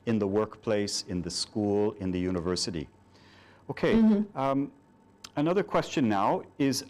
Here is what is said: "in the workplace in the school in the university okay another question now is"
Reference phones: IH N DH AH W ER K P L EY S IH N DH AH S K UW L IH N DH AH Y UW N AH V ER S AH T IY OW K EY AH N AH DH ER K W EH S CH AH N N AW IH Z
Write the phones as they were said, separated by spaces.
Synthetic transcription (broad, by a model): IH N DH AH W ER K P L EY S IH N DH AH S K UW L IH N DH AH Y UW N AH V ER S AH T IY OW K EY AH N AH DH ER K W EH S CH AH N N AW IH Z